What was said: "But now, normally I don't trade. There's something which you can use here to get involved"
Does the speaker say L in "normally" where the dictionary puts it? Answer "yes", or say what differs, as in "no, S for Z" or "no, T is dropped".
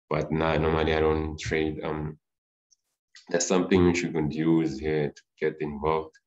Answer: no, N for L